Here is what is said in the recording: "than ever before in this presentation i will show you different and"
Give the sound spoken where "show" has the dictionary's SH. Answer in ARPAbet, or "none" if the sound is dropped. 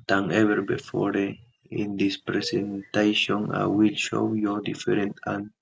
SH